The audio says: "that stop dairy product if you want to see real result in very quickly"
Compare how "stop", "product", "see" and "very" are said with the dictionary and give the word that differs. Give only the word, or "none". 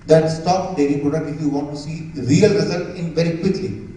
product